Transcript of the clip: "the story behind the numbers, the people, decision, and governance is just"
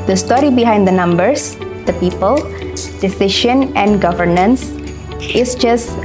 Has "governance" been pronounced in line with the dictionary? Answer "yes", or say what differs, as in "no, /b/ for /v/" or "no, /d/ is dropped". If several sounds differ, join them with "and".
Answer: yes